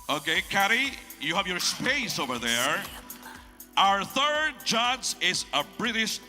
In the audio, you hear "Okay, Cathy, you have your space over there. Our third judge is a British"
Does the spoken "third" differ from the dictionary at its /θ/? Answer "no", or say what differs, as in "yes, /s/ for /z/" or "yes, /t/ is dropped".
no